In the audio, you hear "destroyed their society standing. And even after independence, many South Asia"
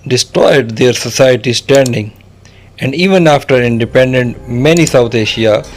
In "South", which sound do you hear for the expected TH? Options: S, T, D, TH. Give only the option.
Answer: T